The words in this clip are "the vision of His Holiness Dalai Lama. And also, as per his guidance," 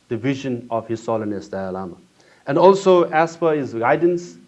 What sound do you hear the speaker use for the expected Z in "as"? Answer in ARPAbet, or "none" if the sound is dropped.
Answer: S